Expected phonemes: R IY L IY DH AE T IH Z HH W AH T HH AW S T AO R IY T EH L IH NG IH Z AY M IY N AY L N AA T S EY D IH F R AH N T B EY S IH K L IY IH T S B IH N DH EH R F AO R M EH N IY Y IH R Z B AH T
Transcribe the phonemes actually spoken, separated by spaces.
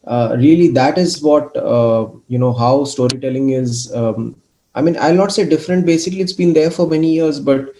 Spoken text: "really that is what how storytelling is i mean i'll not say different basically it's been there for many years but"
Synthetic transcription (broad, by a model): R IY L IY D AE T IH Z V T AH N HH AW S T AO R IY T EH L IH NG IH Z AY M IY N AY L N AA T S EY D IH F R AH N T B EY S IH K L IY IH T S B IH N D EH R F AO R M EH N IY Y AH R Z B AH T